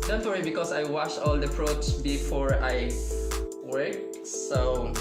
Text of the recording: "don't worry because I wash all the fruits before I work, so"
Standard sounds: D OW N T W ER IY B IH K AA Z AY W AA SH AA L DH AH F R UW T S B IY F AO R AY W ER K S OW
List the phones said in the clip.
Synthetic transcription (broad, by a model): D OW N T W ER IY B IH K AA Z AY W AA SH AA L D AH P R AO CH B IY F AO R AY W ER K S OW